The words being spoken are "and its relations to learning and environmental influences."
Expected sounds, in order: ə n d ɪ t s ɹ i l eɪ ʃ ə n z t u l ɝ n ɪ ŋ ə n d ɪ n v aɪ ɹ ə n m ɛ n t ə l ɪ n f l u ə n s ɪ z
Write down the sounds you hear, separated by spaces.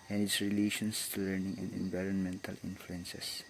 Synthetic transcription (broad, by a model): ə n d ɪ t s ɹ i l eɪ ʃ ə n s t u l ɝ n ɪ ŋ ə n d ɪ n v aɪ ɹ ə n m ɛ n t ə l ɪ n f l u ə n s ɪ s